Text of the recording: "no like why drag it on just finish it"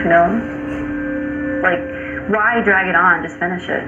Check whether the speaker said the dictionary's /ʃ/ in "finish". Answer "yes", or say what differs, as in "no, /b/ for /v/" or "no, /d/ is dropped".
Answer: yes